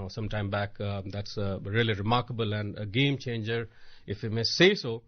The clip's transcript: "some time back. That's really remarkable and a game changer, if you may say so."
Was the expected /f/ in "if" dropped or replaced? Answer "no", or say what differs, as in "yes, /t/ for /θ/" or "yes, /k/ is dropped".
no